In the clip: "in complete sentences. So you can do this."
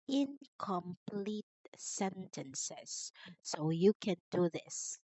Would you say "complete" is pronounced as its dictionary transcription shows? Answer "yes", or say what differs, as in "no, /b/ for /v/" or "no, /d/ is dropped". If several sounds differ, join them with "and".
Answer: yes